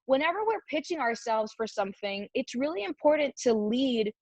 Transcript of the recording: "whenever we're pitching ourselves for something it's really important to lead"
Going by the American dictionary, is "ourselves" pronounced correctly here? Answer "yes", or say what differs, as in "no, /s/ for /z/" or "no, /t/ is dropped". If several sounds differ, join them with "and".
yes